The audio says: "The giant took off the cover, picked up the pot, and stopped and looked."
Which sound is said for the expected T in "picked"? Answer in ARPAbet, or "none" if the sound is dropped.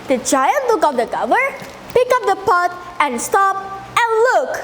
none